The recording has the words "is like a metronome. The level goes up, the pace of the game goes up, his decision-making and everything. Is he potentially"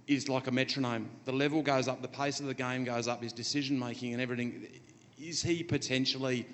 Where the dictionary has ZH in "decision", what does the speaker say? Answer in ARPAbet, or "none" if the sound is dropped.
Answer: ZH